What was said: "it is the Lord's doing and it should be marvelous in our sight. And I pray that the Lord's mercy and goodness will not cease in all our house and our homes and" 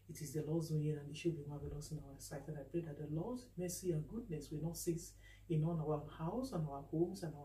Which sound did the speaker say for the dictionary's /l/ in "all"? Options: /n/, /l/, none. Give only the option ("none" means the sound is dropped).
/n/